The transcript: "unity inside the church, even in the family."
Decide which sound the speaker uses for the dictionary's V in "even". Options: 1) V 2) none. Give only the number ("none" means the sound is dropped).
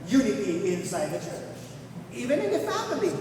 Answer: 1